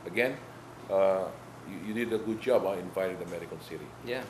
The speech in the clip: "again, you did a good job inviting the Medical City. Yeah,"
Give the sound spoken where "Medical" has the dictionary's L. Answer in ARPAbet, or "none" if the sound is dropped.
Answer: N